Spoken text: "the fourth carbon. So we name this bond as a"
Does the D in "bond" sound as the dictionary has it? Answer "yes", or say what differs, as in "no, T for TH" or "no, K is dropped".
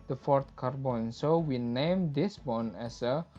no, D is dropped